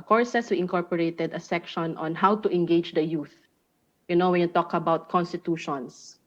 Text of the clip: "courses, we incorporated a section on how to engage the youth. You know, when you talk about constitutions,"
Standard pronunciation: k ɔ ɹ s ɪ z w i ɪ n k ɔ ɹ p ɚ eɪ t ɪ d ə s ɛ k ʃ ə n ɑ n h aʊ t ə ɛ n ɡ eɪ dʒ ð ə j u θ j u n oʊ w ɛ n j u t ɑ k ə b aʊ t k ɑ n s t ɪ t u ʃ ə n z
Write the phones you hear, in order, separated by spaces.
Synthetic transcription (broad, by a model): k ɔ ɹ s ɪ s w i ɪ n k ɔ ɹ p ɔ eɪ t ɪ d ə s ɛ k ʃ ə n ɑ n h aʊ t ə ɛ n ɡ eɪ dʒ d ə j u θ j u n oʊ w ɛ n j u t ɑ k ə b aʊ t k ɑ n s t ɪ t u ʃ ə n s